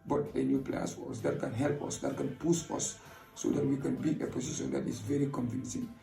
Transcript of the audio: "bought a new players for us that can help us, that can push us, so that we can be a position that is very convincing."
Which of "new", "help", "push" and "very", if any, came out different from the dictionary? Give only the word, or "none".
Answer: push